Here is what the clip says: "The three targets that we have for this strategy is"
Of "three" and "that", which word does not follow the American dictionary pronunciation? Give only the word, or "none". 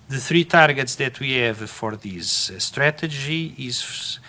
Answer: none